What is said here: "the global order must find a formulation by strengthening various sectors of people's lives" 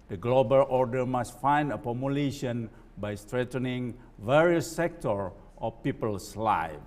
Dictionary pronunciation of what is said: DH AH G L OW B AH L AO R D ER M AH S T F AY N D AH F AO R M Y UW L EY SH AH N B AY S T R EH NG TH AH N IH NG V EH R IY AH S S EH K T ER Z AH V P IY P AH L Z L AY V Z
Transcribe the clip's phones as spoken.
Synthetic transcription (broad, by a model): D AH G L OW B AH L AO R D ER M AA S T F AY N D AH P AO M Y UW L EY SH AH N B AY S T R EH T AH N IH NG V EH R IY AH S S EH K T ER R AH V P IY P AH L S L AY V